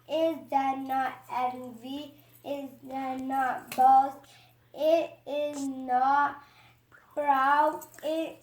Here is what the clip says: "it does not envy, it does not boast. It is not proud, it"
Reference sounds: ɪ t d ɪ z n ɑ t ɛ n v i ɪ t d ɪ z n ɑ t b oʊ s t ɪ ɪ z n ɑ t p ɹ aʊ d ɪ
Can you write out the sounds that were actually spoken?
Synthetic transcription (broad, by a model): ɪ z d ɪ n ɑ t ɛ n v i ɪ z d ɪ n ɑ t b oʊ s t ɪ ɪ z n ɑ t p ɹ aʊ ɪ